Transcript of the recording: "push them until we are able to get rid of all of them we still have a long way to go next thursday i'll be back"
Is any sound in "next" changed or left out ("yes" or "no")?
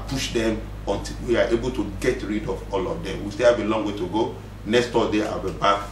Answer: no